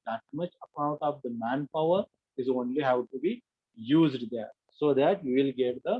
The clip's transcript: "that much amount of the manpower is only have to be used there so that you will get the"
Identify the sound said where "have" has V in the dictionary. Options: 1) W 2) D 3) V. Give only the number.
1